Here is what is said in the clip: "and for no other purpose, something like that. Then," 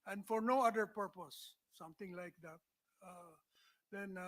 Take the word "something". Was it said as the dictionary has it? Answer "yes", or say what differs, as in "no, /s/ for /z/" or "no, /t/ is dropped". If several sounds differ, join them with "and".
no, /t/ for /θ/